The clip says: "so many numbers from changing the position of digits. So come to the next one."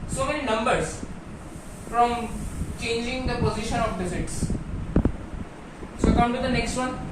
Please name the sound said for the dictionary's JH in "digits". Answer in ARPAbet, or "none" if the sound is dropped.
Z